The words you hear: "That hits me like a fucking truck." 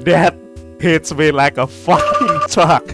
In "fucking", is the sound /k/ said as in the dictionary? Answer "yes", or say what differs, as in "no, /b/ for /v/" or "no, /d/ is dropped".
no, /k/ is dropped